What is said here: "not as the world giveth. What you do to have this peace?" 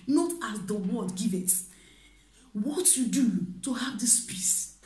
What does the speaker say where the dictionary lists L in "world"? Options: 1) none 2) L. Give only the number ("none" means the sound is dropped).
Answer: 1